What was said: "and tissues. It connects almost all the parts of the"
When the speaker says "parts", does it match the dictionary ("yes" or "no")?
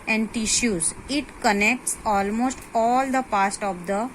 no